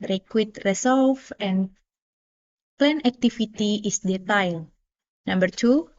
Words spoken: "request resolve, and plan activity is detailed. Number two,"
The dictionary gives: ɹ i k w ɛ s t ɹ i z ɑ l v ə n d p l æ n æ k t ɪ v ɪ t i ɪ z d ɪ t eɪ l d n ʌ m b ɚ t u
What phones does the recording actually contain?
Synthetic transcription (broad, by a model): ɹ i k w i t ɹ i s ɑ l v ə n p l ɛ n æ k t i f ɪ t i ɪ s d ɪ t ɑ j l n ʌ m b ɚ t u